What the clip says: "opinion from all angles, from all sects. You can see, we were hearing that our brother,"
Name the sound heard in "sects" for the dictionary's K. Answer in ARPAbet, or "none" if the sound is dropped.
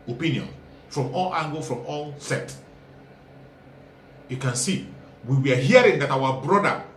none